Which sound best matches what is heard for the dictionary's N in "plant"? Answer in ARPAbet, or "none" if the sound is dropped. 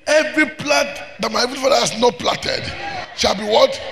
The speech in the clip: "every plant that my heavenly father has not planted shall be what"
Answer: none